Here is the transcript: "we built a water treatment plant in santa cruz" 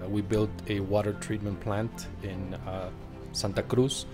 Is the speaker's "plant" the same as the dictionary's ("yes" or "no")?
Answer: yes